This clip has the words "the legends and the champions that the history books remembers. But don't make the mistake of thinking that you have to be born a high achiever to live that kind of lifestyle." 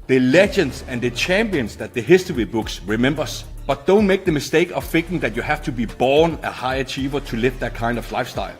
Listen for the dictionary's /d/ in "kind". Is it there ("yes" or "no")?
yes